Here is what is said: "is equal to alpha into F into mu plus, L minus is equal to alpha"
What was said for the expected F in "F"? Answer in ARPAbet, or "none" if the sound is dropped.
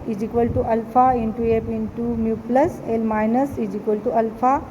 P